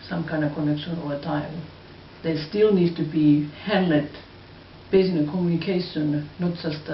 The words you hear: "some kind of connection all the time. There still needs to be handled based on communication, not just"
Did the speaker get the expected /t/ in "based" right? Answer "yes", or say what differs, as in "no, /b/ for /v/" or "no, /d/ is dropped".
no, /t/ is dropped